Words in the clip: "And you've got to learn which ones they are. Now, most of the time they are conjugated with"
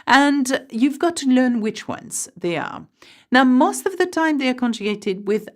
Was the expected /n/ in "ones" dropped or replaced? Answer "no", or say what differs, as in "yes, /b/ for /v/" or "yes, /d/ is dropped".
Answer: no